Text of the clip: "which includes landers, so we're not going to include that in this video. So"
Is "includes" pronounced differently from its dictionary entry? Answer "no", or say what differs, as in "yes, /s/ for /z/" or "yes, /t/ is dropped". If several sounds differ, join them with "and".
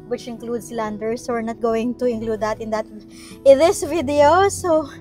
yes, /s/ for /z/